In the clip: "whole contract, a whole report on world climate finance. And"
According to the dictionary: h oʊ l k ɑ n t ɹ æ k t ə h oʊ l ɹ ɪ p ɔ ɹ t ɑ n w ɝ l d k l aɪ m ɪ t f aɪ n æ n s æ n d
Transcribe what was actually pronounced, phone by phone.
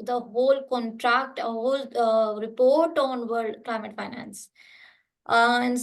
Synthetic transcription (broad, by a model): h oʊ l k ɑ n t ɹ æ k t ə h oʊ l ɹ ɪ p ɔ ɹ t ɑ n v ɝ d k l aɪ m ɪ t f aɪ n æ n s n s